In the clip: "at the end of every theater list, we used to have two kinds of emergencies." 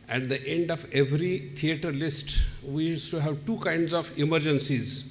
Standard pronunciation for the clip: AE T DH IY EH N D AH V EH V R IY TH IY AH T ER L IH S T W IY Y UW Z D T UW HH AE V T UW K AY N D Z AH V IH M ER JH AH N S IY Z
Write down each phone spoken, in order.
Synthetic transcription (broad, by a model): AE T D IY EH N D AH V EH V R IY T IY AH T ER L IH S T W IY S T UW HH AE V T UW K AY N D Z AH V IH M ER JH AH N S IY Z